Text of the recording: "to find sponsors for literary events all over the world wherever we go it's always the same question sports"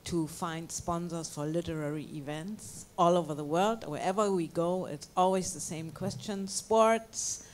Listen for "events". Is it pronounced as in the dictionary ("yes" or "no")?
yes